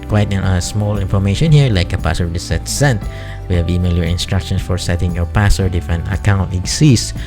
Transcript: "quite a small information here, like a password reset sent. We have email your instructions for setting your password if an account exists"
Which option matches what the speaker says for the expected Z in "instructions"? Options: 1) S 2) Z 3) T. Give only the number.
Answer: 1